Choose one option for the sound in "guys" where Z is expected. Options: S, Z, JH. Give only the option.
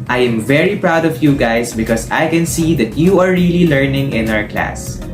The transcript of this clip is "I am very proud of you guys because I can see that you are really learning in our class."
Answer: S